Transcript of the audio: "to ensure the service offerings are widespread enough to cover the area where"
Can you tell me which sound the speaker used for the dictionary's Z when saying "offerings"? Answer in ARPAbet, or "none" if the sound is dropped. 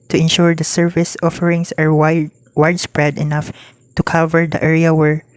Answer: S